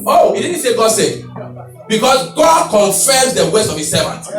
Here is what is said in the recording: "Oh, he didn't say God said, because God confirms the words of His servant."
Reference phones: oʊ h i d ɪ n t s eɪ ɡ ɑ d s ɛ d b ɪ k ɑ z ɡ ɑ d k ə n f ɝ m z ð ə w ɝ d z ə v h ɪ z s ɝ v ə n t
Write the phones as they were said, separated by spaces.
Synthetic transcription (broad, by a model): oʊ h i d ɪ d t s eɪ ɡ ɑ d s ɛ d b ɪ k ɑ s ɡ ɑ d k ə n f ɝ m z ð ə w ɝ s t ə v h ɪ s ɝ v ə n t